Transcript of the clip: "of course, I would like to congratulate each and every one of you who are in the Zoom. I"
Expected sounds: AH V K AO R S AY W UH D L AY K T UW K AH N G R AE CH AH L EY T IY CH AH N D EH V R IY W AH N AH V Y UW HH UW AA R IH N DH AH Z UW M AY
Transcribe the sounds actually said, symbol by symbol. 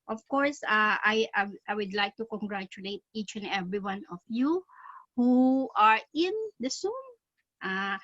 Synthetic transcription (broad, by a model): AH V K AO R S AY W UH D L AY K T UW K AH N G R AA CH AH L EY T IY CH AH N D EH V R IY W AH N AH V Y UW HH UW AA R IH N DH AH S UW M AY